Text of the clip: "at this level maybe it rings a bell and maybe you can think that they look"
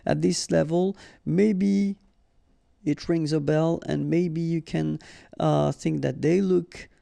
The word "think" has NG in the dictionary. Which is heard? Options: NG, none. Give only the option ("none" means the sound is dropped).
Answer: NG